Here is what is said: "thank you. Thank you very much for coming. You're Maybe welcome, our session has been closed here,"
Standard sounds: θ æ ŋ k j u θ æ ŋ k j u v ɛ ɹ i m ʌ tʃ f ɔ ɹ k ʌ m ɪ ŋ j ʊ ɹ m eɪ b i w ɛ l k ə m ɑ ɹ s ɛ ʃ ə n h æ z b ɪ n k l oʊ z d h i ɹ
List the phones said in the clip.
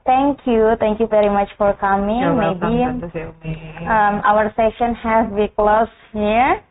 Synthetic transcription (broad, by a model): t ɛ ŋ k j u t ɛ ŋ k j u v ɛ ɹ i m ʌ tʃ f ɔ ɹ k ʌ m ɪ ŋ m eɪ b i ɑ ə ʌ ɹ s ɛ ʃ ə n h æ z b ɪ k l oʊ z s h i ɹ